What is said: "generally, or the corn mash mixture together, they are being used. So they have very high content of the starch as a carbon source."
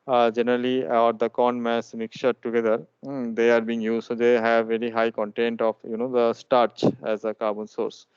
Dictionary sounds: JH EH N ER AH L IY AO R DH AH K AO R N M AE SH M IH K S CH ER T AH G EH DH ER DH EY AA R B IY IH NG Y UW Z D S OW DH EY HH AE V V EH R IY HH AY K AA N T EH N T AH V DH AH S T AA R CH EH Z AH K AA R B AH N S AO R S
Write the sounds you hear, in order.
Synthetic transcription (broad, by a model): JH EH N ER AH L IY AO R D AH K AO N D M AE S M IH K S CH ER T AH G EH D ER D EY AA R B IY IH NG Y UW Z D S OW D EY HH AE V V EH R IY HH AY K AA N T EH N T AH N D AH S T AA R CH EH Z AH K AA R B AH N S AO R S